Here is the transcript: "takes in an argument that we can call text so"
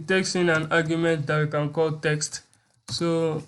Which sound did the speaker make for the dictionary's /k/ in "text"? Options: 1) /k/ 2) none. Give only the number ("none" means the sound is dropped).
1